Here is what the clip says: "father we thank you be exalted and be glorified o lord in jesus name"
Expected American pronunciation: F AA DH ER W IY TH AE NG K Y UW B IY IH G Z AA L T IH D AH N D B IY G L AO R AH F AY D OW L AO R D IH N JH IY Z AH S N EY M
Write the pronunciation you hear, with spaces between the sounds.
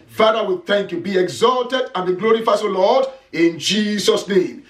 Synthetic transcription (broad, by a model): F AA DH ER W IY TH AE NG K Y UW B IY IH G Z AA L T IH D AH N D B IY G L AO R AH F AY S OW L AO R D IH N JH IY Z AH S N EY M